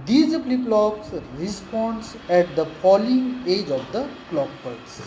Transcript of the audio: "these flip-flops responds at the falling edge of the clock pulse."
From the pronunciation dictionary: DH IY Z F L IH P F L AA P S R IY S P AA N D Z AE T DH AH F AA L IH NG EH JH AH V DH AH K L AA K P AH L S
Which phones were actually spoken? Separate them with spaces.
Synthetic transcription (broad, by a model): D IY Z P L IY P L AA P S R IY S P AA N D S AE T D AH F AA L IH NG EH JH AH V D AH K L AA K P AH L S